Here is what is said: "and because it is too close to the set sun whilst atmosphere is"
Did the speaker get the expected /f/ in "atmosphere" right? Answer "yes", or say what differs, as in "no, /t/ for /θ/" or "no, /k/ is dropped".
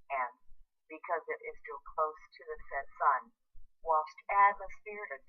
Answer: no, /p/ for /f/